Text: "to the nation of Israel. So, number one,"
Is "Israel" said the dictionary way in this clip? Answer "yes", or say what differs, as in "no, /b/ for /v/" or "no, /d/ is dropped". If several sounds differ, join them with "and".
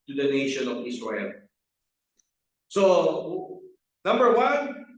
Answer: no, /s/ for /z/